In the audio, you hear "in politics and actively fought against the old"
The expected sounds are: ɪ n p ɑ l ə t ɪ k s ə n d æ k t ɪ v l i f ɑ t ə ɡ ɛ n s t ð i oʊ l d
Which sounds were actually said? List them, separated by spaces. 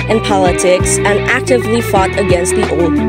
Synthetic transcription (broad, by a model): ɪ n p ɑ l ə t ɪ k s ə n æ k t ɪ v l i f ɑ t ə ɡ ɛ n s t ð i oʊ l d